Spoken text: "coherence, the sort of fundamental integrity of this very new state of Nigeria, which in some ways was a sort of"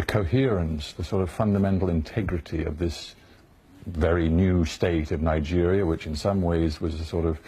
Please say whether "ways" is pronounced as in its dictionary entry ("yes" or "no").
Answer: yes